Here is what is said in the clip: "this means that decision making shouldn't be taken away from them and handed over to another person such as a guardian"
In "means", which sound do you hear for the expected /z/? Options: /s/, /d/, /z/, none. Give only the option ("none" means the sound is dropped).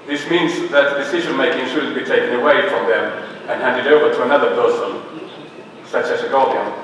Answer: /z/